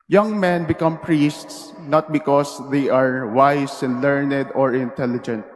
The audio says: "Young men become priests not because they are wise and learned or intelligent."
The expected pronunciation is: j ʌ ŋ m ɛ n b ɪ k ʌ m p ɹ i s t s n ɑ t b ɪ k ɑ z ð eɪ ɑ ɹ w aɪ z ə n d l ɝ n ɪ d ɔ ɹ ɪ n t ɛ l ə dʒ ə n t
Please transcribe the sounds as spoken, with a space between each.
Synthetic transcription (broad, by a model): j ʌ ŋ m ɛ n b ɪ k ʌ m p ɹ i s t s n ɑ t b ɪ k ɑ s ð eɪ ɑ ɹ w aɪ s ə n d l ɝ n ɪ d ɔ ɹ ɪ n t ɛ l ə dʒ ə n t